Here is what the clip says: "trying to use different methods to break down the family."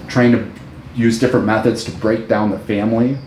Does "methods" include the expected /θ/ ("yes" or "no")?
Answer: yes